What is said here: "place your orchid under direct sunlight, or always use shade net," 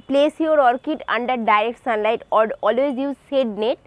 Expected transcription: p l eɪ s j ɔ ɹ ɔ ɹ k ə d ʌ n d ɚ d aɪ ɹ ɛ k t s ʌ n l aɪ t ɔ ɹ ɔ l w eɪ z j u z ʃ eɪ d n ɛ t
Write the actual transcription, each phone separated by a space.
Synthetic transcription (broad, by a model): p l eɪ s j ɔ ɹ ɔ ɹ k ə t ʌ n d ɚ d aɪ ɹ ɛ k t s ʌ n l aɪ t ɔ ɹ ɔ l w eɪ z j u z s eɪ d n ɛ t